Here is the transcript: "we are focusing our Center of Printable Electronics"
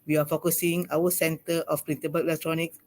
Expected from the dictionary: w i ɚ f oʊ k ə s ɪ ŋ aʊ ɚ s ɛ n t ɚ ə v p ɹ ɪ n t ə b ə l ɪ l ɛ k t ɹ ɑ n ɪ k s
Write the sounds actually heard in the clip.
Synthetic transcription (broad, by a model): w i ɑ f oʊ k ə s ɪ ŋ aʊ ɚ s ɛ n t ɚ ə f p ɹ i n s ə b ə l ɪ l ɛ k t ɹ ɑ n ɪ k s